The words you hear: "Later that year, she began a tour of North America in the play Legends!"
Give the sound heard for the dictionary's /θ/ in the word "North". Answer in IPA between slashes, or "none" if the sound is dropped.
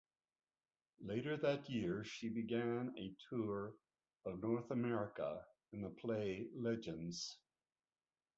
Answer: /θ/